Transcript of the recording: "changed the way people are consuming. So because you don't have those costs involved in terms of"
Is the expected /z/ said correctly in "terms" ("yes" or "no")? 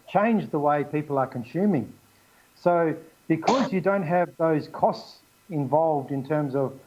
yes